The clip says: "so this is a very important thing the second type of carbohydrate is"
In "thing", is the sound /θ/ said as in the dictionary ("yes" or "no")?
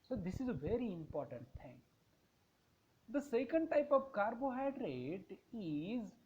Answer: no